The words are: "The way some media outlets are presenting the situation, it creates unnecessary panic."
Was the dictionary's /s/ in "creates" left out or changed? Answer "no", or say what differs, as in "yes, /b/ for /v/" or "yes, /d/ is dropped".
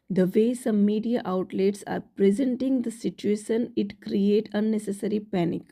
yes, /s/ is dropped